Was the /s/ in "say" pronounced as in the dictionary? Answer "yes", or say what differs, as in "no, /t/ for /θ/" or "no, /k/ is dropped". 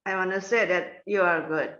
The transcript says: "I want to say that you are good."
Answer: yes